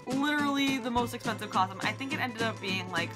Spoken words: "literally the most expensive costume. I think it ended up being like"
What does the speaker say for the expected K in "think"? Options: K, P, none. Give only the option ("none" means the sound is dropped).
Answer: K